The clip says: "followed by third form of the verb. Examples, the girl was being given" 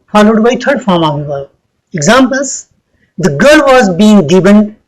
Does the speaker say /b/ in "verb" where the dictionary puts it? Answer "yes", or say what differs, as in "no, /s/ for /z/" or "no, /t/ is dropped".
no, /b/ is dropped